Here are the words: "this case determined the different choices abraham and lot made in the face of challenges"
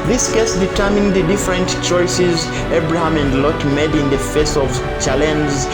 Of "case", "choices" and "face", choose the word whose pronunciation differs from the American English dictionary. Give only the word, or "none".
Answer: none